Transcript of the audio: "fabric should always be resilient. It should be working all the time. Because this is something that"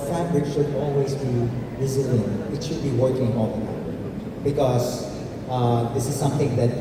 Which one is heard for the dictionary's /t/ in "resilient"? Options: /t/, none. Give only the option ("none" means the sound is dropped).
none